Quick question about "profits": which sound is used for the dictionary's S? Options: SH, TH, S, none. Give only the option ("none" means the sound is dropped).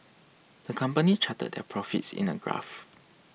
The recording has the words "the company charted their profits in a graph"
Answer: S